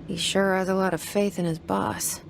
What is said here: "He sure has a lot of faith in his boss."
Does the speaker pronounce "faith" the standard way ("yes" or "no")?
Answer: yes